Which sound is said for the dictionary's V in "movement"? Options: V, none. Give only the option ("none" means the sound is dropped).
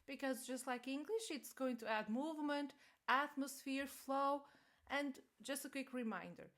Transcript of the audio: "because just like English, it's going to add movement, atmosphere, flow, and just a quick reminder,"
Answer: V